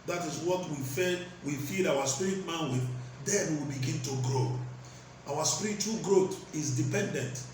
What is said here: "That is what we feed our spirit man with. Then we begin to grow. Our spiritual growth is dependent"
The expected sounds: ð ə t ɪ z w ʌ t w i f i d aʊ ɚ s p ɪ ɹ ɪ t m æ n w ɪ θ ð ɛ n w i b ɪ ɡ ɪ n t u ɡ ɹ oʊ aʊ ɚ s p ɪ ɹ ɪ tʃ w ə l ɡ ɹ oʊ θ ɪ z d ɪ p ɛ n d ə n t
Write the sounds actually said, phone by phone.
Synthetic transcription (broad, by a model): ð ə t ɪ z w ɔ t w i f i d aʊ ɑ s p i ɹ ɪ t m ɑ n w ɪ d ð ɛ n w i b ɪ ɡ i n t u ɡ ɹ oʊ aʊ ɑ s p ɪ ɹ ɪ tʃ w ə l ɡ ɹ oʊ t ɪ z d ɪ p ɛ n d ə n t